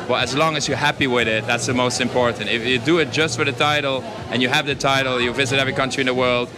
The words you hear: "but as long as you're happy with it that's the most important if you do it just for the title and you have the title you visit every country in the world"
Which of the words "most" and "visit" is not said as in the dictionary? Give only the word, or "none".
none